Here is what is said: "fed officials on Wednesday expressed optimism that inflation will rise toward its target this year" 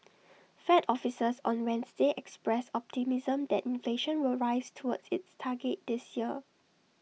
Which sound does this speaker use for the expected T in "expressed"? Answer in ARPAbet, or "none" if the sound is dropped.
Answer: none